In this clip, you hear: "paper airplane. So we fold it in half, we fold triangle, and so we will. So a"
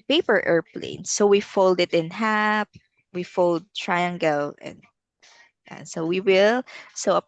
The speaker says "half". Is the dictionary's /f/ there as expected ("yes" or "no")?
no